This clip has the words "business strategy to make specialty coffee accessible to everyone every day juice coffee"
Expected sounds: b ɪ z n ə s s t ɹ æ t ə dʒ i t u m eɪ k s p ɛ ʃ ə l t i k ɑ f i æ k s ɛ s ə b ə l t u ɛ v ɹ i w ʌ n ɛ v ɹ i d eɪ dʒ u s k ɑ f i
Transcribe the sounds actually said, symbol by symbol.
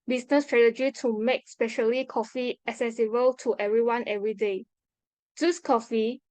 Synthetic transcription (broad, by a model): b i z n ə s s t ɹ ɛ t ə dʒ i t u m eɪ k s p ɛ ʃ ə l i k ɑ f i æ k s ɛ s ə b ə l t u ɛ v ɹ i w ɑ n ɛ v ɹ i d eɪ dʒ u s k ɑ f i